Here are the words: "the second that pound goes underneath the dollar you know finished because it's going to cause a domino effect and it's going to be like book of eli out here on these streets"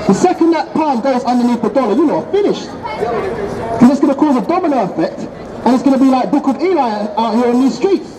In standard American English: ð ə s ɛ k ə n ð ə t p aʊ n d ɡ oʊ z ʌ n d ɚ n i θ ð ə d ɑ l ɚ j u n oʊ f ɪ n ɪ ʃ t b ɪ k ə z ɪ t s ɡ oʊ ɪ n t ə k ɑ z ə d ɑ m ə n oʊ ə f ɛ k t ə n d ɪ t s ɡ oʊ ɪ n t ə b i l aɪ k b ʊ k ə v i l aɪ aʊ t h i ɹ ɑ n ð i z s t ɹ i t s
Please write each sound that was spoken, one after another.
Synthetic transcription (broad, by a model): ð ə s ɛ k ə n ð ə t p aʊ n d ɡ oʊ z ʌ n d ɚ n i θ ð ə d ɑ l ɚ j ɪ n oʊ f ɪ n ɪ ʃ t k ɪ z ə ɪ t s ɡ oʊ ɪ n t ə k ɑ z ə d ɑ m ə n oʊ ə f ɛ k t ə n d ɪ t s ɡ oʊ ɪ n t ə b i l aɪ k b ʊ k ə v i l aɪ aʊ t h i ɹ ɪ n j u s t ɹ i t s